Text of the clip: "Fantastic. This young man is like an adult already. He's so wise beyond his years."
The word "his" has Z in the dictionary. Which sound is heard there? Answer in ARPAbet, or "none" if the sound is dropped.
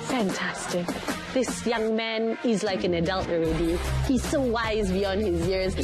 Z